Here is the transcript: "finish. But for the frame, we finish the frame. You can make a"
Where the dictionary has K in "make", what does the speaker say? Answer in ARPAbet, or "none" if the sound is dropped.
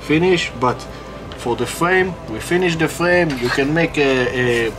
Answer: K